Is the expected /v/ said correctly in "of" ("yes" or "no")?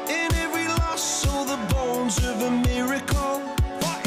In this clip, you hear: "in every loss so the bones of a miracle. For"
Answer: yes